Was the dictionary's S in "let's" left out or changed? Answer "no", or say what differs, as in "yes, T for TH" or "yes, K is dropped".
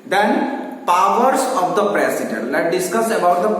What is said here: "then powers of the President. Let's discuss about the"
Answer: yes, S is dropped